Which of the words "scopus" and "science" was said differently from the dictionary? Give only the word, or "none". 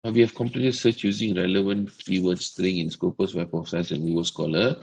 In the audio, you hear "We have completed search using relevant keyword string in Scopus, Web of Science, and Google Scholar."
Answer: science